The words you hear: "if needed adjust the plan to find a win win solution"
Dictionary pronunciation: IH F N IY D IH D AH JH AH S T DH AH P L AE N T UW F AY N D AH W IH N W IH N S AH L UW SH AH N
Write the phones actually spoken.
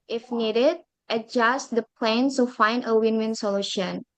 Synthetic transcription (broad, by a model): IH F N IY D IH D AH JH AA S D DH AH P L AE N S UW F AY N D AH W IH N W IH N S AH L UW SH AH N